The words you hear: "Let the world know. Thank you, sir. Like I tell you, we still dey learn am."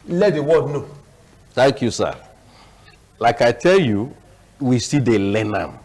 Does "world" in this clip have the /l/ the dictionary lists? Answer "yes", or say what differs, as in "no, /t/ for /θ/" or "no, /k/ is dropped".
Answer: no, /l/ is dropped